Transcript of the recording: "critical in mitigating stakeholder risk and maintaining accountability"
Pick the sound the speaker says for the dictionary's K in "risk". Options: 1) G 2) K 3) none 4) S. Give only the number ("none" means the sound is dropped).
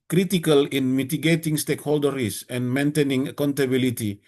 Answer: 3